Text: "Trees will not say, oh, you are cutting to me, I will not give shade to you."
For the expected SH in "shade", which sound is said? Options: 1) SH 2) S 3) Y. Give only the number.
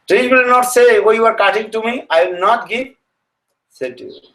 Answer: 2